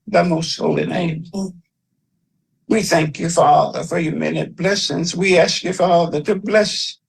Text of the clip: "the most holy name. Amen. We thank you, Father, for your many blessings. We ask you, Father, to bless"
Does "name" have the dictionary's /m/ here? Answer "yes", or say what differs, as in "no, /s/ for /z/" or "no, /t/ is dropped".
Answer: no, /m/ is dropped